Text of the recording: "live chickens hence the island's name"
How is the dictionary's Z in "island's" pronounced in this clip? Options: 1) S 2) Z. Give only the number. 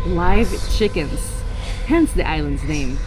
2